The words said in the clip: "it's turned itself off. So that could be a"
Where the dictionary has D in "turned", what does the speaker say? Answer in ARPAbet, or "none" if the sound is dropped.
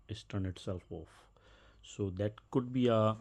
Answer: none